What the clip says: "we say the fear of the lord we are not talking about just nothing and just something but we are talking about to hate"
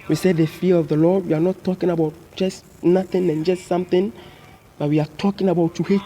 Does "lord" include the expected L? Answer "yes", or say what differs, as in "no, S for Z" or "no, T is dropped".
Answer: yes